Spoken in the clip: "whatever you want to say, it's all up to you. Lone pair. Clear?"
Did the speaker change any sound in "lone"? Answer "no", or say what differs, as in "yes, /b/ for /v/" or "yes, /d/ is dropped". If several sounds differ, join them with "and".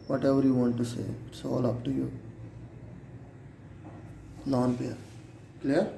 yes, /n/ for /l/